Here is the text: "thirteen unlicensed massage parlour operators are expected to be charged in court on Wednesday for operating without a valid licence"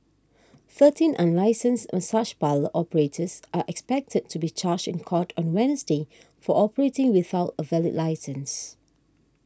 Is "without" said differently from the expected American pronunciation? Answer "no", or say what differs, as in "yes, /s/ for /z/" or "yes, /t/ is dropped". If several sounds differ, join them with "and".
no